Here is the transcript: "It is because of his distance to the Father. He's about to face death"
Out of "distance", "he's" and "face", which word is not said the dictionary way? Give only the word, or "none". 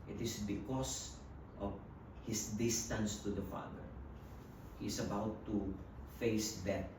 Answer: he's